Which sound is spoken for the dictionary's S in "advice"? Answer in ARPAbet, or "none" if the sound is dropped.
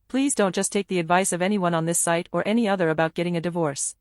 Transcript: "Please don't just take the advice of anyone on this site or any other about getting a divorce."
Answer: S